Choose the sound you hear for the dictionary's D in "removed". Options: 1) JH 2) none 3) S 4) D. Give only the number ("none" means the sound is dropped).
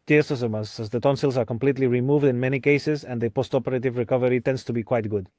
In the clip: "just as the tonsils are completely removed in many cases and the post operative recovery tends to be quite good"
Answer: 4